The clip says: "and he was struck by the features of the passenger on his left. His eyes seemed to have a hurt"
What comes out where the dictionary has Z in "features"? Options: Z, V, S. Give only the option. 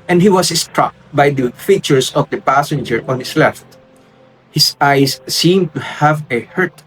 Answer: S